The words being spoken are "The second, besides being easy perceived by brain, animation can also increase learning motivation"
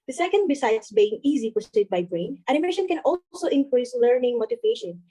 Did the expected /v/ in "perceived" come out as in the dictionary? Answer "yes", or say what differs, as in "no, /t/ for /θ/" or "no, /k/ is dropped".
no, /v/ is dropped